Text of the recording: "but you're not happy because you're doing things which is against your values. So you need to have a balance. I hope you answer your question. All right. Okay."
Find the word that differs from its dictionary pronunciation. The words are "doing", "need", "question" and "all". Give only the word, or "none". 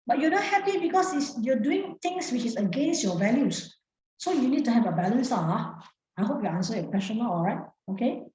question